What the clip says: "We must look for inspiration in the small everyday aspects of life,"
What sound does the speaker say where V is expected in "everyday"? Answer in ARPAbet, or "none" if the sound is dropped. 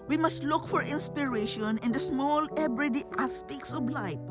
B